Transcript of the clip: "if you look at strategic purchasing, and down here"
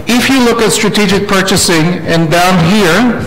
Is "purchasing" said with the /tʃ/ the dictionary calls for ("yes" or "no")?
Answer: yes